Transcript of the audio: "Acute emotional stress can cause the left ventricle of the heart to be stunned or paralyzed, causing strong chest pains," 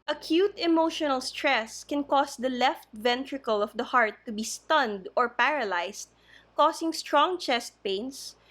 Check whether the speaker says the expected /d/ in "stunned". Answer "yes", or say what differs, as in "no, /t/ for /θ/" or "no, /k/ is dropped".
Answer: yes